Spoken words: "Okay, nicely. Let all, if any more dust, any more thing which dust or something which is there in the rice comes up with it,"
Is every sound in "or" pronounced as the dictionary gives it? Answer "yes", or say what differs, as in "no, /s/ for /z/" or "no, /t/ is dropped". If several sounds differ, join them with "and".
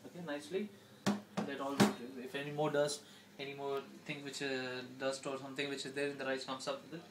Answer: yes